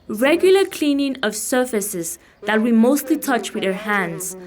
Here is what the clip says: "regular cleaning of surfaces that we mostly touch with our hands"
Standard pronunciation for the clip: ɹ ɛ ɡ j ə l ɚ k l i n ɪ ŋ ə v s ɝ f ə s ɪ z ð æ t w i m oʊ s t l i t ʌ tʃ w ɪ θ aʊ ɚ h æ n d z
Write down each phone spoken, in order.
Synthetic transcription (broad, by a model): ɹ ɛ ɡ j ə l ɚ k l i n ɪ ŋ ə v s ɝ f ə s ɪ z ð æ t w i m oʊ s t l i t ʌ tʃ w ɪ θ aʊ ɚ h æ n d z